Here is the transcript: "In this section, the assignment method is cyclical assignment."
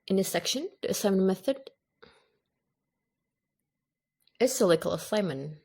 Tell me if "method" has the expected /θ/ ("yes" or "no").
yes